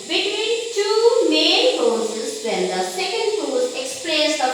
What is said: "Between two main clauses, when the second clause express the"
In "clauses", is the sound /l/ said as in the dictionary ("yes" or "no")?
no